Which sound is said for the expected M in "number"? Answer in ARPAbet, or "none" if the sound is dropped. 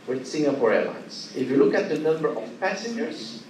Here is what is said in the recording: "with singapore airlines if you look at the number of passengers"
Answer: M